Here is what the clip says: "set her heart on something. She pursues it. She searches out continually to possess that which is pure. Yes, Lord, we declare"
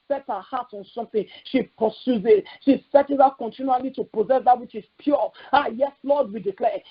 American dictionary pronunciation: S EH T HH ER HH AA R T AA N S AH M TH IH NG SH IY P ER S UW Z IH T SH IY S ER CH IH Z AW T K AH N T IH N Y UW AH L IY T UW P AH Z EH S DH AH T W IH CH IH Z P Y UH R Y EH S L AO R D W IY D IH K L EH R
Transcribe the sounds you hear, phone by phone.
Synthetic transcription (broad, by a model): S EH T HH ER HH AA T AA N S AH M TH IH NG SH IY P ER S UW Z IH T SH IY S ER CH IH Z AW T K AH N T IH N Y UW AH L IY T UW P AH Z EH S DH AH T W IH CH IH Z P Y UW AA Y EH S L AO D W IY D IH K L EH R